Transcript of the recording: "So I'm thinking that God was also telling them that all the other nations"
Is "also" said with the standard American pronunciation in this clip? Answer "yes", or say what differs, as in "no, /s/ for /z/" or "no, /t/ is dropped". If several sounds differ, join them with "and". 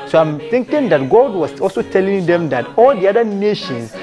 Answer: yes